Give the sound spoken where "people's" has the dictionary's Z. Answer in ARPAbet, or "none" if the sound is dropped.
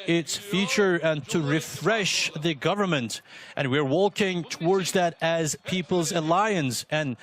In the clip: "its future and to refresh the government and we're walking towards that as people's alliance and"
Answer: Z